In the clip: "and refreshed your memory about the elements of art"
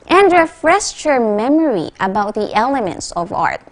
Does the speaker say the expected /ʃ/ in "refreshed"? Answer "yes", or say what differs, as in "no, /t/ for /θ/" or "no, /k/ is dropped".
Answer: no, /s/ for /ʃ/